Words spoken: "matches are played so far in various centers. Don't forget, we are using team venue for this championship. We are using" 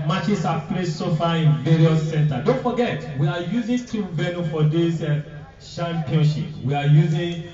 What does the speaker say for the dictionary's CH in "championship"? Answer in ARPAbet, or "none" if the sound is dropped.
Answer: SH